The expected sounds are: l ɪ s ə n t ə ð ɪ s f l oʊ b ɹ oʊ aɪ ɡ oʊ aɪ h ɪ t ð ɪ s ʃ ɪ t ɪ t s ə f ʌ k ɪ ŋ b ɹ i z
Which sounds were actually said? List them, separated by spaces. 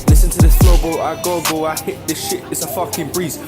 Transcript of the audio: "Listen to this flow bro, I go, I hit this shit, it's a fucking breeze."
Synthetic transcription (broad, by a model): l ɪ s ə n t ə ð ɪ s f oʊ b l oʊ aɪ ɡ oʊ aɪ h ɪ t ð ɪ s ʃ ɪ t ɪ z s ə f ʌ k ɪ ŋ b ɹ i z